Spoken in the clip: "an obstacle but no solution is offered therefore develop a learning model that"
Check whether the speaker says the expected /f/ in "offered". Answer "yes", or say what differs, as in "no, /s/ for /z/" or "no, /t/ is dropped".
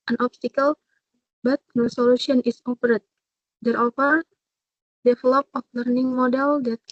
no, /p/ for /f/